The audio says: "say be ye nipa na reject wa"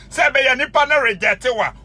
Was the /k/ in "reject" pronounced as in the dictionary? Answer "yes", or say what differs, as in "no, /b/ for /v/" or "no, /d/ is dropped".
no, /k/ is dropped